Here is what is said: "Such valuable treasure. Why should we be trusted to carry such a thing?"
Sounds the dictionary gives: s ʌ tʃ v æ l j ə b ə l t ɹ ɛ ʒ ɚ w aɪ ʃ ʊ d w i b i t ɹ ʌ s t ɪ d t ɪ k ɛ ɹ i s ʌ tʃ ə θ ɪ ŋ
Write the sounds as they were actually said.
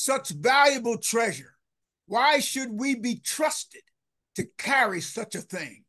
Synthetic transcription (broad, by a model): s ʌ tʃ v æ l j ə b l t ɹ ɛ ʒ ɚ w aɪ ʃ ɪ d w i b i t ɹ ʌ s t ɪ d t ɪ k ɛ ɹ i s ʌ tʃ ə θ ɪ ŋ